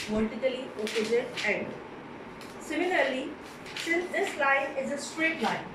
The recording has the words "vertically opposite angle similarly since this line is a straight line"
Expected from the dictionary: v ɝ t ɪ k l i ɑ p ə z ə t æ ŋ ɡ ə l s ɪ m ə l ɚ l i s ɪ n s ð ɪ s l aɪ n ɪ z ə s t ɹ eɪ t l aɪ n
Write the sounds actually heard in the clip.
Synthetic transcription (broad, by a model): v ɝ t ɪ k l i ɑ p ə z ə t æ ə n s ɪ m ə l ɚ l i s ɪ n s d ɪ s l aɪ n ɪ z ə s t ɹ eɪ t l aɪ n